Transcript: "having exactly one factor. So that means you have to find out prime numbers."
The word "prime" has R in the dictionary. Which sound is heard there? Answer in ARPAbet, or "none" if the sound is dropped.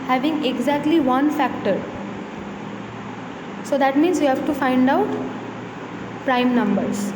R